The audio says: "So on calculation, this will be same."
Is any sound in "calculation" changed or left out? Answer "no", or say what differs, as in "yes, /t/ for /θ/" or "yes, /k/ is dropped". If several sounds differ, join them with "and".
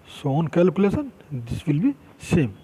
yes, /s/ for /ʃ/